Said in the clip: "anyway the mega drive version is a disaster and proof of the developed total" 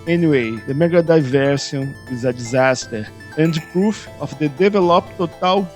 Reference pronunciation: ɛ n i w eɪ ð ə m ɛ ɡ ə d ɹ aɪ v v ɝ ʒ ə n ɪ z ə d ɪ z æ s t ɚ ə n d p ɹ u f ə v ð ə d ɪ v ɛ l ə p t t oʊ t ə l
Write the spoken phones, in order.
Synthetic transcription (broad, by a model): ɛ n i w eɪ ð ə m ɛ ɡ ə d aɪ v v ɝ s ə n ɪ z ə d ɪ z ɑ s t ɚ ə n d p ɹ u f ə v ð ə d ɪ v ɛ l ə p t t oʊ t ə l